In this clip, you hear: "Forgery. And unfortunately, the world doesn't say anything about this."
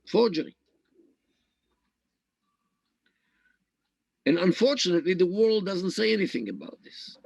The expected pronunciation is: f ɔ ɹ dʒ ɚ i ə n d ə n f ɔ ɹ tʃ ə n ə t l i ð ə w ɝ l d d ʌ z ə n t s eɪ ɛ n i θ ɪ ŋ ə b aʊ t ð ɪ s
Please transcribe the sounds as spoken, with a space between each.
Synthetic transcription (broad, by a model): f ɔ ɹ dʒ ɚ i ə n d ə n f ɔ ɹ tʃ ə n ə t l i ð ə w ɝ l d d ʌ z ə n t s eɪ ɛ n i θ ɪ ŋ ə b aʊ t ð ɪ s